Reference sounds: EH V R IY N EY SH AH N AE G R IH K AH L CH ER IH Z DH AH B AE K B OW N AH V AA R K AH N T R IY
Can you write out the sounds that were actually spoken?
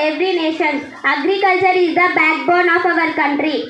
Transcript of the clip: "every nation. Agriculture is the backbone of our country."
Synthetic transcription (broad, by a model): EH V R IY N EY SH AH N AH G R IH K AH L CH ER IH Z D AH B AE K B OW N AH V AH R K AH N T R IY